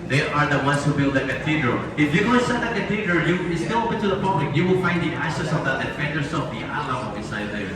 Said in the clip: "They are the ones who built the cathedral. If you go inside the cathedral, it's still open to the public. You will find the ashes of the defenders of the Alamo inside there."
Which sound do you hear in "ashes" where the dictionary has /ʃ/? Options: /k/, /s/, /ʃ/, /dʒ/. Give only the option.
/s/